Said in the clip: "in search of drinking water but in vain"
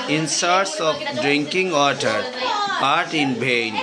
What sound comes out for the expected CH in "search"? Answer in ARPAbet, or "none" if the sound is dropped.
S